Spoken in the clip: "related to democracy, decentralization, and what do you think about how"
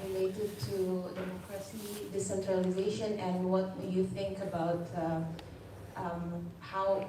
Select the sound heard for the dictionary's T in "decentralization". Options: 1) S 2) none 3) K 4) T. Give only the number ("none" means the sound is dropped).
4